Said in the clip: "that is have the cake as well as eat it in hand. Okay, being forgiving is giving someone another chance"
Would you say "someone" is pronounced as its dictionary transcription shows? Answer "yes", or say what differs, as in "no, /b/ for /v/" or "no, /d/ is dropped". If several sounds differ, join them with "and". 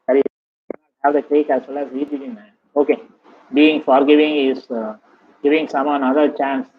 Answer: no, /n/ is dropped